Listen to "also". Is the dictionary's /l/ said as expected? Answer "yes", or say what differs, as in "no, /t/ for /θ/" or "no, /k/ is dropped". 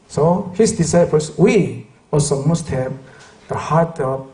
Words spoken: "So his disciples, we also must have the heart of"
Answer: yes